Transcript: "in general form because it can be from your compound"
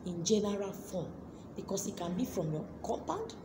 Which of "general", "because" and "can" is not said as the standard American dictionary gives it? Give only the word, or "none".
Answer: because